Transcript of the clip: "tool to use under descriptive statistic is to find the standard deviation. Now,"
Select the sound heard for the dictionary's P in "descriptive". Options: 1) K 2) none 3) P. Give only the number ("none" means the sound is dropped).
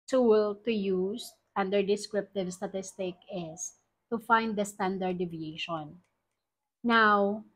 3